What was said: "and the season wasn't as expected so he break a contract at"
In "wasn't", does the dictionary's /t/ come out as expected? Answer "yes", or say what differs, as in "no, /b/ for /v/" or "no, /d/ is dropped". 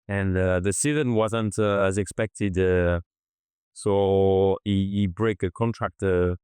yes